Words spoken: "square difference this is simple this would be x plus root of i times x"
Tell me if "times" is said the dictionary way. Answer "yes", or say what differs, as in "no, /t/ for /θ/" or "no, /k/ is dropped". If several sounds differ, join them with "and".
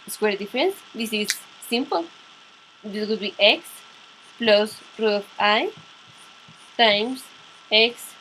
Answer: no, /s/ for /z/